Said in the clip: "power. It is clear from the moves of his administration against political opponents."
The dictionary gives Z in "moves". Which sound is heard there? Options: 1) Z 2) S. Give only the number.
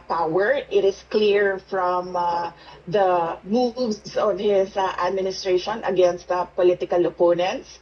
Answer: 2